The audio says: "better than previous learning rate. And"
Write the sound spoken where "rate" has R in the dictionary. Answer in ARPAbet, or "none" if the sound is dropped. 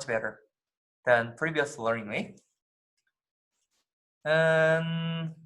L